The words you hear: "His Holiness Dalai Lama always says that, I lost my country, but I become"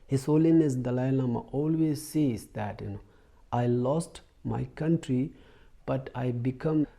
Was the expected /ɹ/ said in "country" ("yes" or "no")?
yes